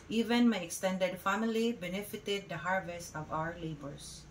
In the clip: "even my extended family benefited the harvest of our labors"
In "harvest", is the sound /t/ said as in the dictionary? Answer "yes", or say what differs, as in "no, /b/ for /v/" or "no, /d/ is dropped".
yes